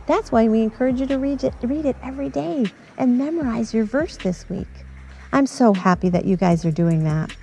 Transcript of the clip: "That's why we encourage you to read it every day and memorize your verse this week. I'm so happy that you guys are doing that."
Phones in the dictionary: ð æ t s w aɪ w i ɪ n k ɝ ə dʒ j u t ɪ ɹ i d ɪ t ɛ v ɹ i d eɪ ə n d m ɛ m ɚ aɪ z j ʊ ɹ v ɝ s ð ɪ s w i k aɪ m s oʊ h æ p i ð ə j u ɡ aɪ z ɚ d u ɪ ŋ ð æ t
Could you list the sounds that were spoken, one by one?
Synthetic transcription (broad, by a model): ð æ t s w aɪ w i ɪ n k ɝ ə dʒ j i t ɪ ɹ i d ɪ t ɛ v ɹ i d eɪ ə n m ɛ m ɚ aɪ z j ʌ ɹ v ɝ s ð ɪ s w i k aɪ m s oʊ h æ p i ð ə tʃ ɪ ɡ aɪ z ɚ d u ɪ ŋ ð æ t